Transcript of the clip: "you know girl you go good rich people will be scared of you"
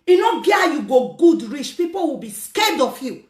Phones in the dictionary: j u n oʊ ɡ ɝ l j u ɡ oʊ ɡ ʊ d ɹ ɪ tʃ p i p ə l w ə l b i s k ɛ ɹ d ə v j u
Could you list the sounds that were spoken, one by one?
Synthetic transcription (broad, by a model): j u n oʊ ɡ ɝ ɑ j u ɡ oʊ ɡ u d ɹ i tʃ p i p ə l w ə b i s k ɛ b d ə f j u